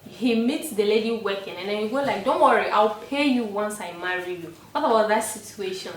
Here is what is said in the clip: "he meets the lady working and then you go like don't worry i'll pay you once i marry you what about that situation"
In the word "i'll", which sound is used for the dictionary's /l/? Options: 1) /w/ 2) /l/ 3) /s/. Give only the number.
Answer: 2